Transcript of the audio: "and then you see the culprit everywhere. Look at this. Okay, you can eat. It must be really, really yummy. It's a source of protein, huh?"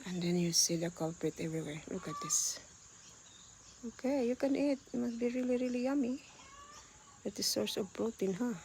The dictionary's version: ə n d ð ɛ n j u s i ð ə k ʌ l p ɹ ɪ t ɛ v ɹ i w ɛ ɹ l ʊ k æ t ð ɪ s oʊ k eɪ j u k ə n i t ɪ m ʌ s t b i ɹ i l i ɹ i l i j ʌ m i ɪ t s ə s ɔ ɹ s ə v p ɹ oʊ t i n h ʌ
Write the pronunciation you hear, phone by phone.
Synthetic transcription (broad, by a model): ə n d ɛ n j u s i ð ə k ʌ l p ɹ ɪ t ɛ v ɹ i w ɛ ɹ l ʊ k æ t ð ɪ s oʊ k eɪ j u k ə n i t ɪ m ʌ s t b i ɹ i l i ɹ i l i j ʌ m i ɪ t ə s ɔ ɹ s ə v b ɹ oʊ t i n h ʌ